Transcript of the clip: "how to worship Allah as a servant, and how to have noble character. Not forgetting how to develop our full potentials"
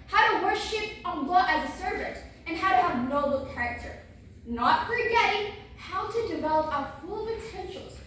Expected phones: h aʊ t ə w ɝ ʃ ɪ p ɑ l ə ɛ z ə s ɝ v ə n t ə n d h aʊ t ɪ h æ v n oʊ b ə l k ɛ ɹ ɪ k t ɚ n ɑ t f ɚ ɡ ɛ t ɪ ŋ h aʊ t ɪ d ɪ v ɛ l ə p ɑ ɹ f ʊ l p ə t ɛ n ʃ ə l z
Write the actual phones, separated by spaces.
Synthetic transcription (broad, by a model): h aʊ t ə w ɝ ʃ ɪ p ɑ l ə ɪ z ə s ɝ v ə n t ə n h aʊ t ɪ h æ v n oʊ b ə l k ɛ ɹ ɪ k t ɚ n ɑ t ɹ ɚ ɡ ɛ t ɪ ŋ h aʊ t ɪ d ɪ v ɛ l ə p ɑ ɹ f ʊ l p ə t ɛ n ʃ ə l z